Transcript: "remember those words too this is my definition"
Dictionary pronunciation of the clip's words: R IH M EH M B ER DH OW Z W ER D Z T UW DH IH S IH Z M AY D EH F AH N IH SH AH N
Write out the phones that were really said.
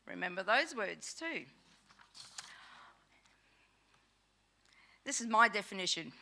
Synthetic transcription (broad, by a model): R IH M EH M B ER DH OW Z W ER D Z T UW DH IH S IH Z M AY D EH F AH N IH SH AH N